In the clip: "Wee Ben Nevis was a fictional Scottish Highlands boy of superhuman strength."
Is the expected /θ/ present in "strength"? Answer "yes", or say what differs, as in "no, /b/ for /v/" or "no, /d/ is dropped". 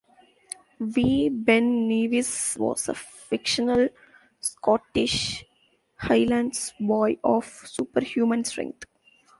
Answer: no, /t/ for /θ/